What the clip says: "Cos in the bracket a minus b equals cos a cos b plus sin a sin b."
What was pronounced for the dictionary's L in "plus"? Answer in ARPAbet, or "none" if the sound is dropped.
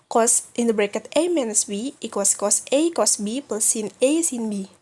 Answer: none